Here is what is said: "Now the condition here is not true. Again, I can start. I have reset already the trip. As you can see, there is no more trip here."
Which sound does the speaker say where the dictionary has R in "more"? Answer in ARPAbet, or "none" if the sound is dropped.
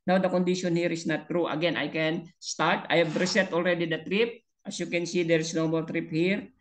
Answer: L